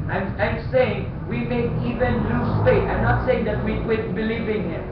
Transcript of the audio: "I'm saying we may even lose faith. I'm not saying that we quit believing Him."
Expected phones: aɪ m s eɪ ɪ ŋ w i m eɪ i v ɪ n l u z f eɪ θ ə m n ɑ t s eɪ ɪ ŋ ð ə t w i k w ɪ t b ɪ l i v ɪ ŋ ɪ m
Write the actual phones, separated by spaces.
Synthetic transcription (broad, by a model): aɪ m s eɪ ɪ ŋ w i m eɪ i v ɪ n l u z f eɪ t ə m n ɑ t s eɪ ɪ ŋ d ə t w i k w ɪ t b ɪ l i v ɪ ŋ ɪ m